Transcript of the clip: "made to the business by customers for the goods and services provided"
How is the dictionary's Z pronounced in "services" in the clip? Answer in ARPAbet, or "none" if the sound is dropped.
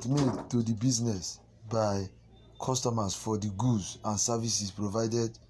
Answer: S